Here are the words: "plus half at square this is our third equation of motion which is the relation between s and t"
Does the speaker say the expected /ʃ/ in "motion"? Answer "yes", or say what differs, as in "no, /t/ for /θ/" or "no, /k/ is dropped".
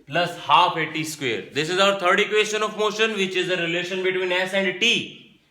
yes